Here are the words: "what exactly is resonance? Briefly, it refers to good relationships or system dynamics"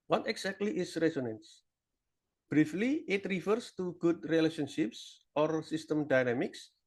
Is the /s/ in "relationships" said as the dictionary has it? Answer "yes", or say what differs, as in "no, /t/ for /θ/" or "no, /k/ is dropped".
yes